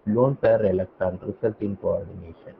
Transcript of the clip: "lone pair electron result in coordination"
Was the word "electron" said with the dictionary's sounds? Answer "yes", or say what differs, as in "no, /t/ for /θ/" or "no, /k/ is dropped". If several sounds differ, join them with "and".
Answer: no, /ɹ/ is dropped